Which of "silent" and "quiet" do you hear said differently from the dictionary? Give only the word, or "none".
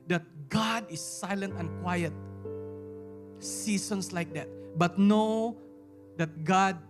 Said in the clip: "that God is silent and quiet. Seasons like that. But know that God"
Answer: none